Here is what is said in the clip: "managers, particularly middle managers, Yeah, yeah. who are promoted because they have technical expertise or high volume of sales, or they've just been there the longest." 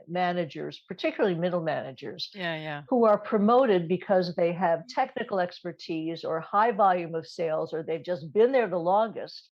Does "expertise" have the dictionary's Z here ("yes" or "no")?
yes